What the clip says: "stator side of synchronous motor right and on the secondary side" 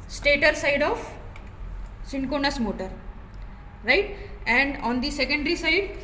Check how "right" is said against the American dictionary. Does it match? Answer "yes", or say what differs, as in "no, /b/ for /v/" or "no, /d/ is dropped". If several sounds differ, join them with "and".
yes